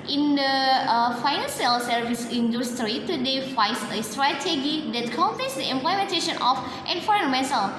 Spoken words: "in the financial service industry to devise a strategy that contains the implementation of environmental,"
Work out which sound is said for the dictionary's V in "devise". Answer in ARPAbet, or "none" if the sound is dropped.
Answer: F